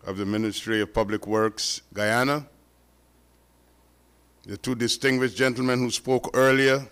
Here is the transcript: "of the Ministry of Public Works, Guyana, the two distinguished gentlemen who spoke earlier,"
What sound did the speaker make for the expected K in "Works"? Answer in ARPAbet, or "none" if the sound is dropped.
K